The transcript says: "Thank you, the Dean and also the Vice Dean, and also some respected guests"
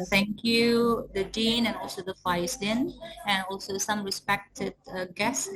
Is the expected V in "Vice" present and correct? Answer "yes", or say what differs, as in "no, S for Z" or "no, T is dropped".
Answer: no, F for V